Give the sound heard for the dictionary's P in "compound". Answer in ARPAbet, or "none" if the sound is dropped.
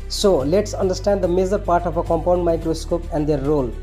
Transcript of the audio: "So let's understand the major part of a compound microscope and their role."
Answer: P